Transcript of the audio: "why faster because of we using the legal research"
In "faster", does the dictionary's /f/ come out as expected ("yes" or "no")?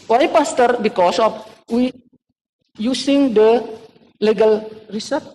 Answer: no